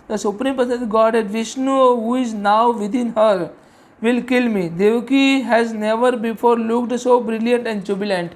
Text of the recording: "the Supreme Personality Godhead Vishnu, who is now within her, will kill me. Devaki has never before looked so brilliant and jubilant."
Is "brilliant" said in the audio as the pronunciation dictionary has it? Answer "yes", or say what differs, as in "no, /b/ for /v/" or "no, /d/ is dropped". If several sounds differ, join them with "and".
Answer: yes